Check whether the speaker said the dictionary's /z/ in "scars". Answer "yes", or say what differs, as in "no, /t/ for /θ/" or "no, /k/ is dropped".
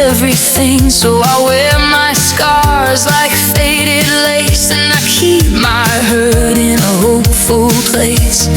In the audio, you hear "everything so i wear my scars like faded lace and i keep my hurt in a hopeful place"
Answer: yes